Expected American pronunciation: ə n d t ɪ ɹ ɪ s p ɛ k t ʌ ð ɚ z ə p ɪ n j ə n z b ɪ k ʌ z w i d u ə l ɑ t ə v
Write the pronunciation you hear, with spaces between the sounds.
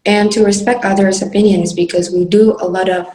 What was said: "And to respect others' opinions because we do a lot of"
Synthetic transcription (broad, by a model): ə n t ɪ ɹ ɪ s p ɛ k t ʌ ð ɚ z ə p ɪ n j ə n z b ɪ k ʌ z w i d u ə l ɑ t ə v